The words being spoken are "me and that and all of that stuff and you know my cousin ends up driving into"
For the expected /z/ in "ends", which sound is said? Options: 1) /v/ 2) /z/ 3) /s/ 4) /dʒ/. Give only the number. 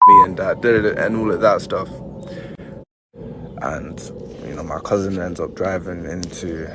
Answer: 2